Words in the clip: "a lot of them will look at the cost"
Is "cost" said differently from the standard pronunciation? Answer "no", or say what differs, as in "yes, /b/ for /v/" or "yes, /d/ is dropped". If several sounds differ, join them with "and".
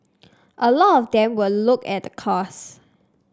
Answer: yes, /t/ is dropped